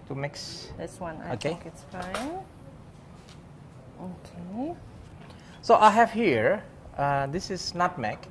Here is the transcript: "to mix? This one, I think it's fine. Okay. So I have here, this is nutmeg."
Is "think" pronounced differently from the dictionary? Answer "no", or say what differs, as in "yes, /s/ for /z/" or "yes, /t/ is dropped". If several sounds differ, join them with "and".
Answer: yes, /ŋ/ is dropped